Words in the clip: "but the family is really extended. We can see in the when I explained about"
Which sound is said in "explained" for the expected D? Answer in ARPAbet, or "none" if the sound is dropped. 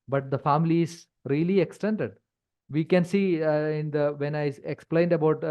D